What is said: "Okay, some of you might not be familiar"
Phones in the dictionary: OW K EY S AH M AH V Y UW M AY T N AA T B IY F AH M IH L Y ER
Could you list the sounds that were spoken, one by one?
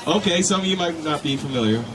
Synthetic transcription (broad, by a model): OW K EY S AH AH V Y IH M AY T N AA T B IY F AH M IH L Y ER